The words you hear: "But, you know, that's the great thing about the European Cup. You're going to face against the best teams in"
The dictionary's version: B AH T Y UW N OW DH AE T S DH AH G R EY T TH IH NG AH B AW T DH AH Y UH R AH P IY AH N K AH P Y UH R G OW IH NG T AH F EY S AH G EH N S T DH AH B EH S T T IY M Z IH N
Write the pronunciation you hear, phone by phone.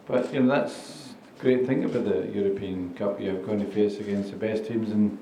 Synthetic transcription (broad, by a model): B AH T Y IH N OW DH AE T S G R EY T TH IH NG AH B AW T DH AH Y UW R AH P IY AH N K AH P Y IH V G OW IH NG T AH F EY S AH G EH N S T DH AH B EH S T T IY M Z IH N